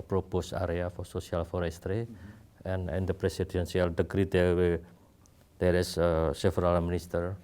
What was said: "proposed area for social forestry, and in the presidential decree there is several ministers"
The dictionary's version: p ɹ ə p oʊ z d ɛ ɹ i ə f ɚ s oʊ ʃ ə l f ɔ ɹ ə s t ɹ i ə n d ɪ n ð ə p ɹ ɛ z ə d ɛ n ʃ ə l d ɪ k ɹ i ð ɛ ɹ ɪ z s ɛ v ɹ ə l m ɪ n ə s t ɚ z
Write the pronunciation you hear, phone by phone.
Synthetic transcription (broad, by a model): p ɹ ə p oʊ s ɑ ɹ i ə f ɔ s oʊ s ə l f ɔ ɹ ə s t ɹ i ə n ɪ n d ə p ɹ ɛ s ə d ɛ n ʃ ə l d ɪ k ɹ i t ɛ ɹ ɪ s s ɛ f ɹ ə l m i n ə s t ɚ